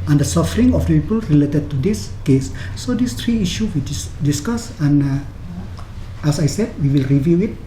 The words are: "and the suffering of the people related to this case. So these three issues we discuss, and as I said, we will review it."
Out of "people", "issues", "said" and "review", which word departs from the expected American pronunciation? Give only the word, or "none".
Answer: issues